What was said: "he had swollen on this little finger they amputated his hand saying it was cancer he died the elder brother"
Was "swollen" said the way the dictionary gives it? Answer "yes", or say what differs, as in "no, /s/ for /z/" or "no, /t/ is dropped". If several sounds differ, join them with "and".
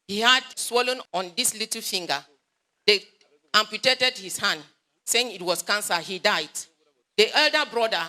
yes